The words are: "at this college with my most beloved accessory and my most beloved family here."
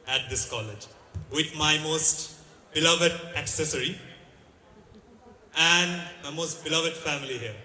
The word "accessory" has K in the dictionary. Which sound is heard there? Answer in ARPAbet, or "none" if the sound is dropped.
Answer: K